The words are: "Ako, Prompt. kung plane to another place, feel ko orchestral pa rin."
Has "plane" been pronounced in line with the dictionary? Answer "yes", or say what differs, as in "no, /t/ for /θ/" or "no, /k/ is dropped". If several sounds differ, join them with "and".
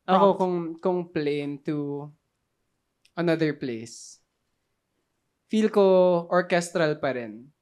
yes